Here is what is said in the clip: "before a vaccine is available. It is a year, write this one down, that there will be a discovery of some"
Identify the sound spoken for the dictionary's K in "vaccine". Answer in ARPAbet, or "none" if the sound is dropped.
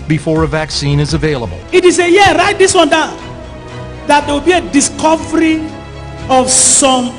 K